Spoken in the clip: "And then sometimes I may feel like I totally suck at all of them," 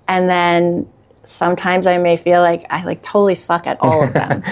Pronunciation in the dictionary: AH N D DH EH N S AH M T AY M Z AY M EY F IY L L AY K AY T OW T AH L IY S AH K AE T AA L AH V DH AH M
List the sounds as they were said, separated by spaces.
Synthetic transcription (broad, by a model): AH N DH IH N S AH M T AY M Z AY M EY F IY L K AY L AY T OW T L IY S AH K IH T AA L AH V DH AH M